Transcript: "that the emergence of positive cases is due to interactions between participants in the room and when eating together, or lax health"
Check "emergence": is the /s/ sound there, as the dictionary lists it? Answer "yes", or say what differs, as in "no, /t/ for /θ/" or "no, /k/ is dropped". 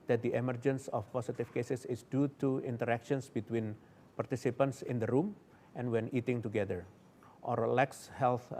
yes